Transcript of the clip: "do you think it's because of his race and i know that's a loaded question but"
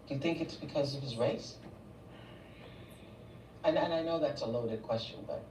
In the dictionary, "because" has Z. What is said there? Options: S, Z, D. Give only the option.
Z